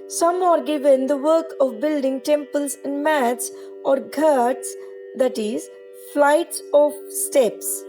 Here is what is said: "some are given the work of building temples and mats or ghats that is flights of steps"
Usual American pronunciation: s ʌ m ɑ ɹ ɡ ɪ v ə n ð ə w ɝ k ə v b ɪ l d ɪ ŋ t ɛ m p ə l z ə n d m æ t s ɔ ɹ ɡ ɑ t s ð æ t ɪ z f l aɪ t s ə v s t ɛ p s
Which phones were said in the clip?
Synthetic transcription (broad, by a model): s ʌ m ɑ ɹ ɡ ɪ v ə n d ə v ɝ k ə v b ɪ l d ɪ ŋ t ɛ m p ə l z ə n d m æ t s ɔ ɹ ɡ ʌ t s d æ t ɪ z f l aɪ t s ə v s t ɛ p s